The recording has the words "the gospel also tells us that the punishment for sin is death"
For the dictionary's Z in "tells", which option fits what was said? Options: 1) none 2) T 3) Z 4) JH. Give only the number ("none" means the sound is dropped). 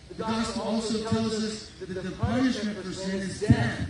3